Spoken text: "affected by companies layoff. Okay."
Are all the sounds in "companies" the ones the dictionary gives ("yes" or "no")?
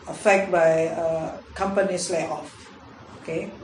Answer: no